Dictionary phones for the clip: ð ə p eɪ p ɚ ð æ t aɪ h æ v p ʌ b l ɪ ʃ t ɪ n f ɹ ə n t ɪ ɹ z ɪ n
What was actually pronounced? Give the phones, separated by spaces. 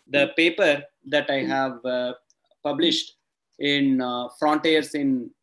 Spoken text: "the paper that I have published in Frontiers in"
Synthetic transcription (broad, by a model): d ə p eɪ p ɚ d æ t aɪ h æ v p ʌ b l ɪ ʃ t ɪ n f ɹ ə n t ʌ ɹ s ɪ n